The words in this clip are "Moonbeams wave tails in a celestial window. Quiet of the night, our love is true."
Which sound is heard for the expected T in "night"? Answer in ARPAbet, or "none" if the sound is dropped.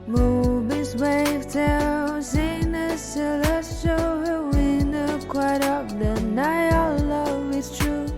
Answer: none